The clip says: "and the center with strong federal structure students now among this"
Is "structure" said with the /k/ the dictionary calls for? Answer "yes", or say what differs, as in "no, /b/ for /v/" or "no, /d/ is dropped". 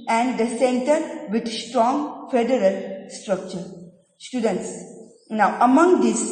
yes